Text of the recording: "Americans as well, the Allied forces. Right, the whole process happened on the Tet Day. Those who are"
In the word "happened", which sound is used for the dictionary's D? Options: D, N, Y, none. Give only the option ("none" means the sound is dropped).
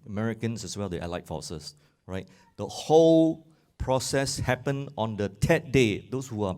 none